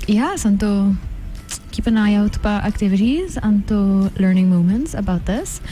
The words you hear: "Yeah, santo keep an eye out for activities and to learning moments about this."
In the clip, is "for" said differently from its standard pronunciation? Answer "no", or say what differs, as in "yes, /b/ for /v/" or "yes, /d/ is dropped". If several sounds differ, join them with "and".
yes, /p/ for /f/